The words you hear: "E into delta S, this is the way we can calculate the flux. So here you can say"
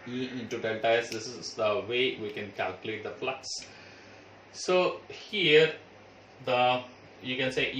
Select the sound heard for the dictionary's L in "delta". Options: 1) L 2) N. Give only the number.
2